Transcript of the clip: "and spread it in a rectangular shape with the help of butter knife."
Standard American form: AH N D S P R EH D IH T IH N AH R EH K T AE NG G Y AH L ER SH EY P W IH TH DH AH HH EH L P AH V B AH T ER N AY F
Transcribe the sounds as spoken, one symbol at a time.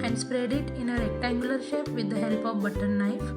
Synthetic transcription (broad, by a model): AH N D S P R EH D IH T IH N AH R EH K T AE G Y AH L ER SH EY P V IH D AH HH EH L P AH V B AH T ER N AY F